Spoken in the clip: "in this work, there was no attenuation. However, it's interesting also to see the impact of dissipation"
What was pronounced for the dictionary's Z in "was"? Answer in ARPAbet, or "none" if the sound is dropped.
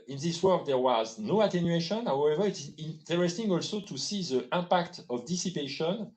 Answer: Z